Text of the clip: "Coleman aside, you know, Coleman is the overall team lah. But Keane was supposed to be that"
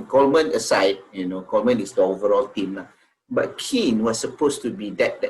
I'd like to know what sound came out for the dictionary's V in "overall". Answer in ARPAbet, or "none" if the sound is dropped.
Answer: V